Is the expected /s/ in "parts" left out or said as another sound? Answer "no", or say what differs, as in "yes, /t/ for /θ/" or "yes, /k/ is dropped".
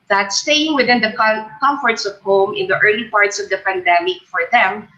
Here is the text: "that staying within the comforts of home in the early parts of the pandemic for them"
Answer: no